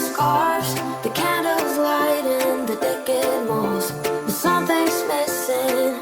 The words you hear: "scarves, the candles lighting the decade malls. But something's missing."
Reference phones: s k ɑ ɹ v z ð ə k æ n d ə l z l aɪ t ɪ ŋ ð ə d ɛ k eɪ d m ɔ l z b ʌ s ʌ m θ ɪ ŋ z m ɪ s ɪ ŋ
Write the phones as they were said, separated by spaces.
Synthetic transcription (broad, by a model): s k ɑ ɹ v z ð ə k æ n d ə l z l aɪ t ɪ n ð ə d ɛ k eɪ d m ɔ z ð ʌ s ʌ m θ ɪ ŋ s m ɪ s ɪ